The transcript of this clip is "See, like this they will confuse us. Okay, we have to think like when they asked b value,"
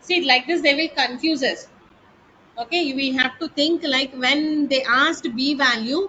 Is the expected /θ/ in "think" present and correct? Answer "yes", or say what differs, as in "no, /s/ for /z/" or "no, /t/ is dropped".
no, /t/ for /θ/